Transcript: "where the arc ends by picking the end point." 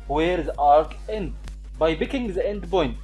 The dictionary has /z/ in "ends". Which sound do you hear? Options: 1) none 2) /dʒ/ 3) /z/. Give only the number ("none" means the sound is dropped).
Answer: 1